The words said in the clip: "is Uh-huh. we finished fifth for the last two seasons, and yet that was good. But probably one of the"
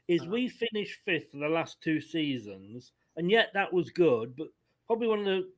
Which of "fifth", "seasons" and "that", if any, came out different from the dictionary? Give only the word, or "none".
none